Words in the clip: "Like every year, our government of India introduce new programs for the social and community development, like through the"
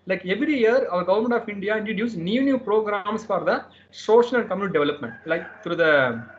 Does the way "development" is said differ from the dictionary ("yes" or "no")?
no